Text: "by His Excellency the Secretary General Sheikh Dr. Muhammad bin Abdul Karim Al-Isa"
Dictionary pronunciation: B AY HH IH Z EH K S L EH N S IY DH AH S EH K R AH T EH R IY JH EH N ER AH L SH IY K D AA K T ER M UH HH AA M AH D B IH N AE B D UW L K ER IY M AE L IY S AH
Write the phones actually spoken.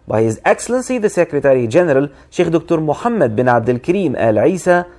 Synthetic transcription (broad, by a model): B AY HH IH Z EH K S L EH N S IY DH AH S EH K R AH T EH R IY JH EH N ER AH L SH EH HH D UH K T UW M UH HH AA M AH D B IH N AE B D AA L K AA IY M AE L IY S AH